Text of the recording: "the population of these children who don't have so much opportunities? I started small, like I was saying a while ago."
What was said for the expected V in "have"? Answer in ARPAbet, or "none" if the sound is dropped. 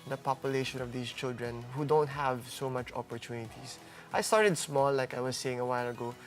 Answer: V